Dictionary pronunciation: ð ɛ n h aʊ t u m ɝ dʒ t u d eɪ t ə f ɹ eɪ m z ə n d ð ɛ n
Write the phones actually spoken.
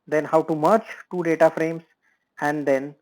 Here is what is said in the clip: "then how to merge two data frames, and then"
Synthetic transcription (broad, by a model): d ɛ n h aʊ t u m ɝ tʃ t u d eɪ t ə f ɹ eɪ m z ə n d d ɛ n